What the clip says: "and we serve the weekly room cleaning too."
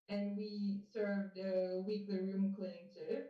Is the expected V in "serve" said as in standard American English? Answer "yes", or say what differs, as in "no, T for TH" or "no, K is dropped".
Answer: yes